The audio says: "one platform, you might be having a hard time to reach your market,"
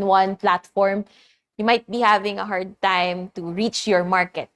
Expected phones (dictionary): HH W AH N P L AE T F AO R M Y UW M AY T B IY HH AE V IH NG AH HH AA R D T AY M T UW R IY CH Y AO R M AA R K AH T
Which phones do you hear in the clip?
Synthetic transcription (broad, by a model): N W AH N P L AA T F AO R M Y UW M AY T B IY HH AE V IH NG AH HH AA R D T AY M T UW R IY CH Y AO R M AA R K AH T